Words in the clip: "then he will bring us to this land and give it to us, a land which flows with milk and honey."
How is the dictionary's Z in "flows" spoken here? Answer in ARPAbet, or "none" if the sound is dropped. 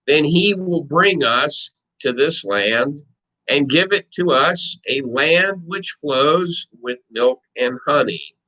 Z